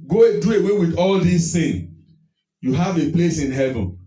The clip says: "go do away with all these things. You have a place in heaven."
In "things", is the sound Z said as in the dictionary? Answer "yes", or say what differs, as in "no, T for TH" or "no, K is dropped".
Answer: no, Z is dropped